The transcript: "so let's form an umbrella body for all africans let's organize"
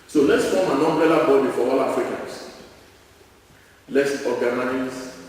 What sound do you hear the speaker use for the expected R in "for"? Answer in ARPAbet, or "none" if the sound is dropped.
W